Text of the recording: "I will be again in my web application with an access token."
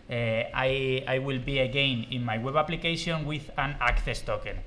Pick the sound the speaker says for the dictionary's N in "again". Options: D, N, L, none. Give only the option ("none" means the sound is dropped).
N